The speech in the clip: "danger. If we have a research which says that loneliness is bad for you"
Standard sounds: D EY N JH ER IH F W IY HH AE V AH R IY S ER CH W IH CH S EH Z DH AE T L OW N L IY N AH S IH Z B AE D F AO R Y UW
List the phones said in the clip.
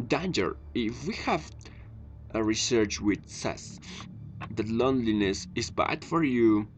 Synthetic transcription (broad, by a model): D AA N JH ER IH F W IY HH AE V AH R IY S ER CH W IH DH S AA S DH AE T L OW N L IY N AH S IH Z B AE D F AO R Y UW